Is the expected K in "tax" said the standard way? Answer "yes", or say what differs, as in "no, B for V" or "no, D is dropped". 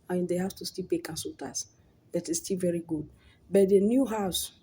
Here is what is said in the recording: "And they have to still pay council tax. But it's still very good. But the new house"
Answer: no, K is dropped